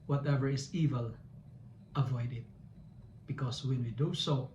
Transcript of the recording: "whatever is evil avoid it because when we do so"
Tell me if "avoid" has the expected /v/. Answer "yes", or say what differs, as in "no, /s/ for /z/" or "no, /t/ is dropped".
yes